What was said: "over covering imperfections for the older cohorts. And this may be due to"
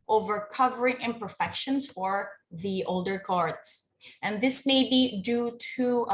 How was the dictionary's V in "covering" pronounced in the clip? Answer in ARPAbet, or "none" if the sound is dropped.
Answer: V